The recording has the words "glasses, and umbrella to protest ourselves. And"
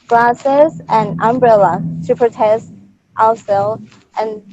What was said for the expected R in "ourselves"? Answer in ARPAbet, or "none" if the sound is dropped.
L